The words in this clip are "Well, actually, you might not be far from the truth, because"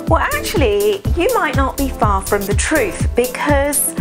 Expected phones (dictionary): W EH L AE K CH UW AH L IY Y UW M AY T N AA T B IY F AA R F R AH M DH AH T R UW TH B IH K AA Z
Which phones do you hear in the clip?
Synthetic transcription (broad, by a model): W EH L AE K CH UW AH L IY Y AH M AY T N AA T B IY F AA F R AH M DH AH T R UW TH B IH K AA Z